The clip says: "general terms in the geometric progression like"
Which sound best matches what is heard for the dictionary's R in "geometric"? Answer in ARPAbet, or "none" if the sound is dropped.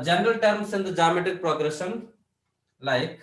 none